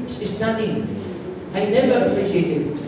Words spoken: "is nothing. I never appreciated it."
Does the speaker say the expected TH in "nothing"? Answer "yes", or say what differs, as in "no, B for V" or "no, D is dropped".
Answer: no, T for TH